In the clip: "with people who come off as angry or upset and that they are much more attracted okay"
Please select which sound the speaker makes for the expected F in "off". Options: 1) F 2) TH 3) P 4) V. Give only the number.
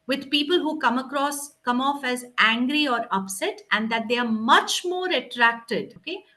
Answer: 1